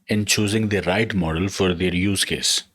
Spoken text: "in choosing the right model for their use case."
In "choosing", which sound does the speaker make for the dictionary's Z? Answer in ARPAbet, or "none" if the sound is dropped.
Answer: Z